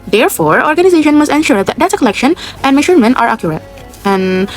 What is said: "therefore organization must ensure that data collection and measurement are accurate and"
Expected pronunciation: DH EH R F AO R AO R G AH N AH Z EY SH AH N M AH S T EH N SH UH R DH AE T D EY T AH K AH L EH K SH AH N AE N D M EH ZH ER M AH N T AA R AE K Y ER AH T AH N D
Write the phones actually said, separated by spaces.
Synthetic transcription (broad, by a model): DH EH R F AO R AO R G AH N AH Z EY SH AH N M AH S T EH N SH UH R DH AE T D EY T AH K AH L EH K SH AH N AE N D M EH SH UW M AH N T AA R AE K Y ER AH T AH N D